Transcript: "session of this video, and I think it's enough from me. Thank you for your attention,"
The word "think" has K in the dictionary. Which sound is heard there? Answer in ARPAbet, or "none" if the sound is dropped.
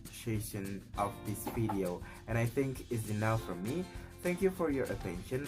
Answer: K